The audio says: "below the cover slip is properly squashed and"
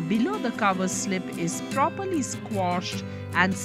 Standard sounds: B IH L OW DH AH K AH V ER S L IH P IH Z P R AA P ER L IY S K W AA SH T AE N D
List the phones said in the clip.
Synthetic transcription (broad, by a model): B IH L OW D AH K AH V ER S L IH P IH Z P R AA P ER L IY S K W AA SH T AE N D